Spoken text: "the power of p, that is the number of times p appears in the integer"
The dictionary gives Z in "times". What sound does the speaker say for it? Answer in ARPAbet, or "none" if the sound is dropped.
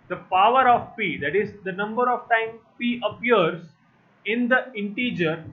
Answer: none